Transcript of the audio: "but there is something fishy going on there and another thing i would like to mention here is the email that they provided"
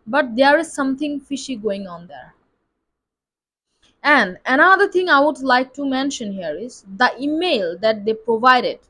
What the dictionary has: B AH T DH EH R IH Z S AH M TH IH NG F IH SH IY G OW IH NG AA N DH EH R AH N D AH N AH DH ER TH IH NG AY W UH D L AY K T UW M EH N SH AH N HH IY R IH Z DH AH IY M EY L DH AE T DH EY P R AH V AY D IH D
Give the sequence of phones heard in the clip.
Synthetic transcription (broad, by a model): B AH T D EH R IH Z S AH M T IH NG F IH SH IY G OW IH NG AA N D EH R AH N D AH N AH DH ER T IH NG AY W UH D L AY K T UW M EH N SH AH N HH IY R IH Z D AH IY M EY L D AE T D EY P R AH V AY D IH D